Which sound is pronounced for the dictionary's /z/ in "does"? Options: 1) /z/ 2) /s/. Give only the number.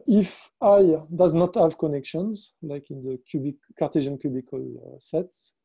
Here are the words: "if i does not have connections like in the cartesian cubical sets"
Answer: 1